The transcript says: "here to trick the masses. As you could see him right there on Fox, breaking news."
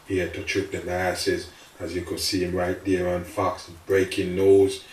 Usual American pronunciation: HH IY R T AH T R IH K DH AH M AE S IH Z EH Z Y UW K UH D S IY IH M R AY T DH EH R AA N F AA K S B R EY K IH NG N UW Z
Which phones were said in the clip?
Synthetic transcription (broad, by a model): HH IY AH T AH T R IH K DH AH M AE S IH Z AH Z Y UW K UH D S IY IH M R AY T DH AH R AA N F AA K S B R EY K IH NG N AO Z